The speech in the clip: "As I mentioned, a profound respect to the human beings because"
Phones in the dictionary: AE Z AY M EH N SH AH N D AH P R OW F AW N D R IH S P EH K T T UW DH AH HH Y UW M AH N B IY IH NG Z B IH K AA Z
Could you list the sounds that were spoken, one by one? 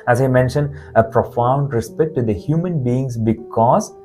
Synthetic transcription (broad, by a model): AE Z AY M EH N SH AH N D AH P R OW F AW N D R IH S P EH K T T UW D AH HH Y UW M AH N B IY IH NG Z B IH K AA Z